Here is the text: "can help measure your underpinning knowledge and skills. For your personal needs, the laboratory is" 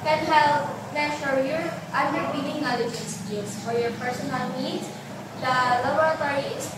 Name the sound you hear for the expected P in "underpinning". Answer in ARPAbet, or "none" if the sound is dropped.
B